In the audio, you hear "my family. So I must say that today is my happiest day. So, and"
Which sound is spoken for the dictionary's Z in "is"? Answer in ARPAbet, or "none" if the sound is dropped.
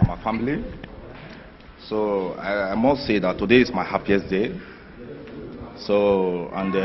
S